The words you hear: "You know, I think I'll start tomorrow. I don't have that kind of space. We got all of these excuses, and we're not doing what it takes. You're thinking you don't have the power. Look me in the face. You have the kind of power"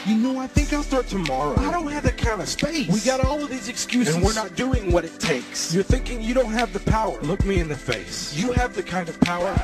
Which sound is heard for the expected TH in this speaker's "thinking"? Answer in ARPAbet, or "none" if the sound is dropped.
TH